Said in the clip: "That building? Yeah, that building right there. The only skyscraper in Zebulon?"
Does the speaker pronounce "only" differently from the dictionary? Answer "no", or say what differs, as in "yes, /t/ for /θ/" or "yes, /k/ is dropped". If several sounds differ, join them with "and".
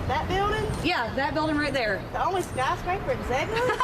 no